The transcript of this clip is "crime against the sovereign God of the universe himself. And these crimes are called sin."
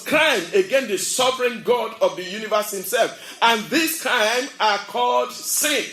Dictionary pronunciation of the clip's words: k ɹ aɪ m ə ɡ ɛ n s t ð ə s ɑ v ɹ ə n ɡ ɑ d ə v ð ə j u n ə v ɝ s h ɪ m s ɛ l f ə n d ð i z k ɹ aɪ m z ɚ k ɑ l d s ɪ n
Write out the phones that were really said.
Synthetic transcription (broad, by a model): k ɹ aɪ m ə ɡ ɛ n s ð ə s ɑ v ɹ ə n ɡ ɑ d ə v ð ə j u n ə v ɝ s h ɪ m s ɛ l f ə n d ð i s k ɹ aɪ m ɚ k ɑ l d s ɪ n